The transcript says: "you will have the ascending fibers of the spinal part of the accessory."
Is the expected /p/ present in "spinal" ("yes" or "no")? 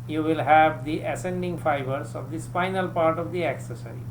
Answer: no